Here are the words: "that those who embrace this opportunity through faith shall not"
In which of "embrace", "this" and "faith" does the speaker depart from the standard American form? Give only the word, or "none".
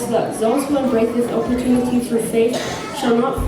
embrace